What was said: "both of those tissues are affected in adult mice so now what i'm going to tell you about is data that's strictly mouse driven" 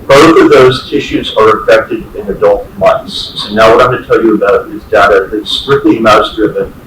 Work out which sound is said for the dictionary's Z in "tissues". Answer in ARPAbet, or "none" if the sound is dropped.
Z